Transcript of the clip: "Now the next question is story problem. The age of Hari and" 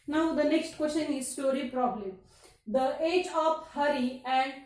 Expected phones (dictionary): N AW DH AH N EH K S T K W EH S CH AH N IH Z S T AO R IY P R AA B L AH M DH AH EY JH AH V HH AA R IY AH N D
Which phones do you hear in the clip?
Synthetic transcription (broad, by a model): N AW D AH N EH K S T K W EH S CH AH N IH Z S T AO R IY P R AA B L AH M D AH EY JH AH P HH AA R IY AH N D